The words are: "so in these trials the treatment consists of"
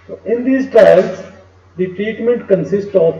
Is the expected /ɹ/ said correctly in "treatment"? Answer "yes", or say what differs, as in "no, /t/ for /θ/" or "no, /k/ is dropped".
yes